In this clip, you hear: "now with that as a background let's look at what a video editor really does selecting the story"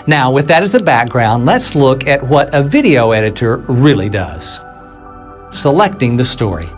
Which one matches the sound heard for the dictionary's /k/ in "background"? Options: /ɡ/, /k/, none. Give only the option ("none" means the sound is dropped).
/k/